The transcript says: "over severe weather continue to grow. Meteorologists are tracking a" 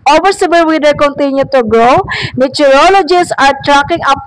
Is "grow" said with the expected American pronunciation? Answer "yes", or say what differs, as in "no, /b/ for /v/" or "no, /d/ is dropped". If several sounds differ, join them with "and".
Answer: yes